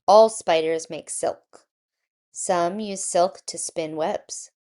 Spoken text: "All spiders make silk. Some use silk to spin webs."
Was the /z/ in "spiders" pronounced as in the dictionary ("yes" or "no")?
yes